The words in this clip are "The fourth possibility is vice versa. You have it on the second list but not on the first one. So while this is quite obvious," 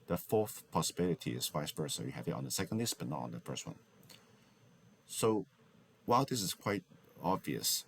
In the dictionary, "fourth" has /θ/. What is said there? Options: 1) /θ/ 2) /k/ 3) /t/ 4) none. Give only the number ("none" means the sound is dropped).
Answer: 1